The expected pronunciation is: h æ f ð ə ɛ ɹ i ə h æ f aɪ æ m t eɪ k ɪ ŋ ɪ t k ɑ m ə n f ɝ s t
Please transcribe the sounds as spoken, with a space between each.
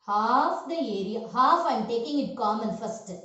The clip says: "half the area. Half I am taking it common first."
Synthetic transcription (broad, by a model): h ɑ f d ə ɛ ɹ i ə h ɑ f aɪ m t eɪ k ɪ ŋ ɪ t k ɑ m ə n f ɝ s t